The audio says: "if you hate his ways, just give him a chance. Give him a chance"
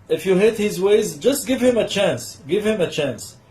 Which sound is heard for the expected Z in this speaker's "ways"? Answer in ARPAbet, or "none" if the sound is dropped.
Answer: Z